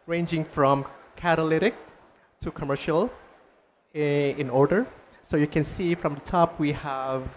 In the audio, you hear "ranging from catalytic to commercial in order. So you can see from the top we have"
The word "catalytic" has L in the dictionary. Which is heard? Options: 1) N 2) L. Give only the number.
2